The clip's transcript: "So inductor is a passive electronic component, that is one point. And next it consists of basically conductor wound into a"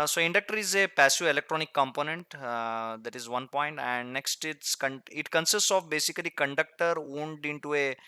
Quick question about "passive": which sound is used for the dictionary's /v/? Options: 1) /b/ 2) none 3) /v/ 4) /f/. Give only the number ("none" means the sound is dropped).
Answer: 2